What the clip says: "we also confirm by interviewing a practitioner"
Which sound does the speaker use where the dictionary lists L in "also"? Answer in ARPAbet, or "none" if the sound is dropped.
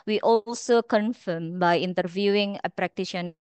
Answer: L